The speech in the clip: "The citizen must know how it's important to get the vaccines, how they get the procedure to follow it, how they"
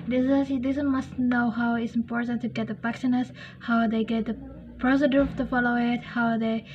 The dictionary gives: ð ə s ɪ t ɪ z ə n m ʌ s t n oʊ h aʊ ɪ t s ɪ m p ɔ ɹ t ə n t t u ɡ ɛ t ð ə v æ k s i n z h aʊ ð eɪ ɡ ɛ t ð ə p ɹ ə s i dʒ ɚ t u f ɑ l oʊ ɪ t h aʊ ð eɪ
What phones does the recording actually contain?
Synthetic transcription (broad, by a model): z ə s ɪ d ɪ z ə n m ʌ s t n oʊ h aʊ ɪ t s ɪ m p ɔ ɹ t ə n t t u ɡ ɛ t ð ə p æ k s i n s h aʊ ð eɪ ɡ ɛ t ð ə p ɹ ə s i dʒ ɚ t u f ɑ l oʊ ɪ t h aʊ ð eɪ